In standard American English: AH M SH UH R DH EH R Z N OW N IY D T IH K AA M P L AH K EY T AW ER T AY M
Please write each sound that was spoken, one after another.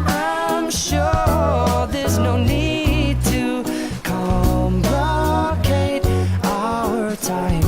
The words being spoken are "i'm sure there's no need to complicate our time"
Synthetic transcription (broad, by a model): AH M SH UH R DH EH R Z N OW N IY D T IH K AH M B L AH K EY T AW ER T AY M